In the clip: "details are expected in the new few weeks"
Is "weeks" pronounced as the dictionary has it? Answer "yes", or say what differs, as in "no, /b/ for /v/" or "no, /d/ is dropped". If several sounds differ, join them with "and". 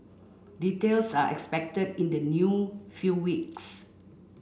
yes